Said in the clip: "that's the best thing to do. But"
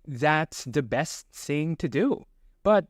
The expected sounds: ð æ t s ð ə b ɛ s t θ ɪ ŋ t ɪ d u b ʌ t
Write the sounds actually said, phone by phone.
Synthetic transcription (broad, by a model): ð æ t s ð ə b ɛ s t θ ɪ ŋ t ɪ d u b ʌ t